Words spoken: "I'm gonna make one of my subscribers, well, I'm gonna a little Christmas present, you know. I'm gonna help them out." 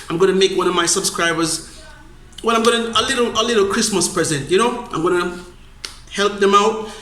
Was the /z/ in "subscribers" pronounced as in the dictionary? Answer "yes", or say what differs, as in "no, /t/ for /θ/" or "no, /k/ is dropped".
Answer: yes